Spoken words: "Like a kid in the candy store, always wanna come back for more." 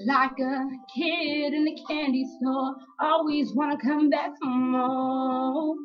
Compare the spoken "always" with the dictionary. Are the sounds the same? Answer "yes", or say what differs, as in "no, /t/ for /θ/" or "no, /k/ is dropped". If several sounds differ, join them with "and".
yes